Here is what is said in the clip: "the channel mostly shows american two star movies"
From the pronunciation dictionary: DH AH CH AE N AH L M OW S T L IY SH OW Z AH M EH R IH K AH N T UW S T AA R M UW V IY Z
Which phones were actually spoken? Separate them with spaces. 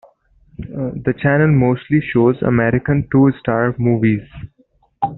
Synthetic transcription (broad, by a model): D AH CH AE N AH L M OW S T L IY SH OW Z AH M EH R IH K AH N T UW S T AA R M UW V IY Z